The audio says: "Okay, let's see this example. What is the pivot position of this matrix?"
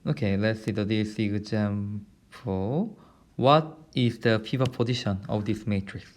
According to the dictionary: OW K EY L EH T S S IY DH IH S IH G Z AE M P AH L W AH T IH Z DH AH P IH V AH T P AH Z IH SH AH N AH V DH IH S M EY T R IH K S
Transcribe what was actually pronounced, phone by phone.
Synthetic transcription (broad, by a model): OW K EY L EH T S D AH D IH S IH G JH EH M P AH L W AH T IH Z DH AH F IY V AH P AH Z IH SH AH N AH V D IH S M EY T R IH K S